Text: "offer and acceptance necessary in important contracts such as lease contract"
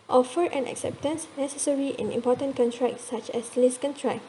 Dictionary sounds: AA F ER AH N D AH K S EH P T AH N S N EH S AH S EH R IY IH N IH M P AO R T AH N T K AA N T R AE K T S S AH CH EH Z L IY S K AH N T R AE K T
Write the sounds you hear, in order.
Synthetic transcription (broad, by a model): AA F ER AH N AH K S EH P T AH N S N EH S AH S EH R IY IH N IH M P AO T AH N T K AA N T R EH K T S S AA CH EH S L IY S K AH N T R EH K